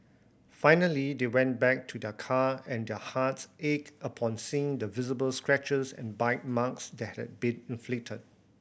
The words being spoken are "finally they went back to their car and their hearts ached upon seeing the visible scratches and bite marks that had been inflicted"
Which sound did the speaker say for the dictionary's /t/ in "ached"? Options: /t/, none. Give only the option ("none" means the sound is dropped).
none